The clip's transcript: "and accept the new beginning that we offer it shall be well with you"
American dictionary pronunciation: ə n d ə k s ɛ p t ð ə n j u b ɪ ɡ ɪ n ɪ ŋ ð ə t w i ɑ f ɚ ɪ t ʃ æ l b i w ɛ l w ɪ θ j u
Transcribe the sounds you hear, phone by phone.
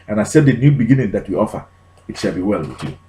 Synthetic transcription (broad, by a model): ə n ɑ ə s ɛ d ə n j u b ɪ ɡ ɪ n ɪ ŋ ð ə t w i ɑ f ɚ ɪ t ʃ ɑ l b i w ɛ l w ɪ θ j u